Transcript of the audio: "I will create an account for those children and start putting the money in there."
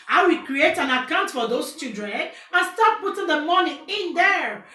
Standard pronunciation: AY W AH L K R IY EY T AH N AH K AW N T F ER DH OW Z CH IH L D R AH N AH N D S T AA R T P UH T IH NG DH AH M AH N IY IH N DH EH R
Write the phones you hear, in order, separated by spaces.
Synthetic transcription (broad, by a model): AY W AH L K R IY EY T AH N AH K AW N T F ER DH OW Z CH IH D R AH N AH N S T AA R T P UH T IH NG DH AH M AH N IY IH N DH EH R